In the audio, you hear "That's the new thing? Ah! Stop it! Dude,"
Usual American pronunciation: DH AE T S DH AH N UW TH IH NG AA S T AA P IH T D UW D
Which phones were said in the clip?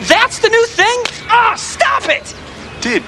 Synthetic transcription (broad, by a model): DH AE T S DH AH N UW TH IH NG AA S T AA P IH T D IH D